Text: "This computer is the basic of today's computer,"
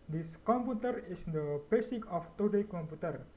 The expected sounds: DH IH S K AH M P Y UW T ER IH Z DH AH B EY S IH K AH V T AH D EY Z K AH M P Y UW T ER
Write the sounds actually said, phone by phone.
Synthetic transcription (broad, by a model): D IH S K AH M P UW T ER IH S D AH B EY S IH K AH F T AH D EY K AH M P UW T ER